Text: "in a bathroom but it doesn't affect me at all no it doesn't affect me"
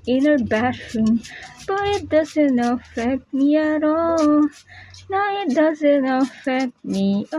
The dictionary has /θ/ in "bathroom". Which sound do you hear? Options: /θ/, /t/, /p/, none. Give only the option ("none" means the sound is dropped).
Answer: /t/